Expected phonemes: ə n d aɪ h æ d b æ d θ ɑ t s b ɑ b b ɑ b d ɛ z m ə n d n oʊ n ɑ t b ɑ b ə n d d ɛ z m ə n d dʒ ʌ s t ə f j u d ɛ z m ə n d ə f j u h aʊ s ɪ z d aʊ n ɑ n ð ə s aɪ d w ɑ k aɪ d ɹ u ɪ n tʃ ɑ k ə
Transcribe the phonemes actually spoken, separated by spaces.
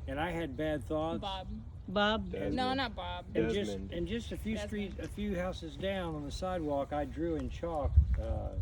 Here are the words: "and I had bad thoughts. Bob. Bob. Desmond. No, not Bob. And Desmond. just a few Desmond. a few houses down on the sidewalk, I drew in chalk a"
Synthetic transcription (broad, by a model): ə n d aɪ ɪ d b æ d θ ɑ t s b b b ɑ b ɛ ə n n oʊ n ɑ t b ɑ b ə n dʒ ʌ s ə n dʒ ʌ s t ə f j u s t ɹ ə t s ə f j u h aʊ s ɪ z d aʊ n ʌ n ð ə s aɪ d w ɑ k aɪ d ɹ u ɪ n tʃ ɑ k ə